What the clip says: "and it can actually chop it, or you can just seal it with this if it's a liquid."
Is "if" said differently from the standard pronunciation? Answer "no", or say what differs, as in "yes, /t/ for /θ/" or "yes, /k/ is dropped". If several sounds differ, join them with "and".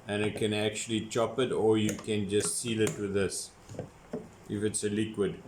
no